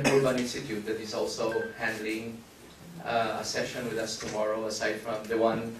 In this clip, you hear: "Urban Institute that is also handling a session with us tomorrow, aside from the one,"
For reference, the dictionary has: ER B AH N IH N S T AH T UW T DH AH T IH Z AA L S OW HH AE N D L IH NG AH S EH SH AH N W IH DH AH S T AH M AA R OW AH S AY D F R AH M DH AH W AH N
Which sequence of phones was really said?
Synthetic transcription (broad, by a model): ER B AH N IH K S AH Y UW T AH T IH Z AA L S OW HH AE N D L IH NG AH S EH SH AH N W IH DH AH S T AH M AA R OW AH S AY D F R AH M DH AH W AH N